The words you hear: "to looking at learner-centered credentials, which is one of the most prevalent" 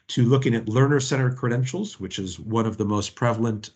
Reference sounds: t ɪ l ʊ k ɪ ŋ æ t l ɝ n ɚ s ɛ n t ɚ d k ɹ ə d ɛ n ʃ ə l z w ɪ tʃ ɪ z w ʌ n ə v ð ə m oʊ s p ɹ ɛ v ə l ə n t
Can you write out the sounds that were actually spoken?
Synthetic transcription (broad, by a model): t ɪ l ʊ k ɪ ŋ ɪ t l ɝ n ɚ s ɛ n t ɚ d k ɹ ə d ɛ n ʃ l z w ɪ tʃ ɪ z w ʌ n ə v ð ə m oʊ s p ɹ ɛ v l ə n t